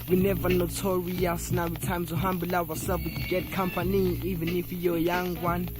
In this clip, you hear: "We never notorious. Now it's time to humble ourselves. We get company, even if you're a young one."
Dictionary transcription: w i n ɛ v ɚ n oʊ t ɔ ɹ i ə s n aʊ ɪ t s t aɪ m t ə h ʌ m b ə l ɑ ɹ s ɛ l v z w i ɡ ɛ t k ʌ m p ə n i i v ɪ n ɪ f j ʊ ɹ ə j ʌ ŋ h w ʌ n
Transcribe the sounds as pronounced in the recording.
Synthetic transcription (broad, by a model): w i n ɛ v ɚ n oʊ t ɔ w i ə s n aʊ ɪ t t aɪ m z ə h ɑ m b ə l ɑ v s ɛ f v w i ɡ ɛ t k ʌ m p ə n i i v ɪ n ɪ f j ə j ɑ ŋ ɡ w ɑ n